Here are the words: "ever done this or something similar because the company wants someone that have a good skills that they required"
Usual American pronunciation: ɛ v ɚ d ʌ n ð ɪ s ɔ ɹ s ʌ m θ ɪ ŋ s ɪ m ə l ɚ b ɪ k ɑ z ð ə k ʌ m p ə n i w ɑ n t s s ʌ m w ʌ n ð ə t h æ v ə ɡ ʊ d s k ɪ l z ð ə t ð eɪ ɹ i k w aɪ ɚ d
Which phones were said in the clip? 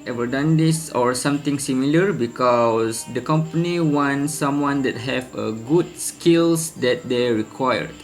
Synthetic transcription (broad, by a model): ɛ v ɚ d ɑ n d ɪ s ɔ ɹ s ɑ m t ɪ ŋ s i m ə l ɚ b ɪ k ɑ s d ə k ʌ m p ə n i w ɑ n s s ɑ m w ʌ n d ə t h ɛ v ə ɡ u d s k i l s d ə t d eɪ ɹ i k w aɪ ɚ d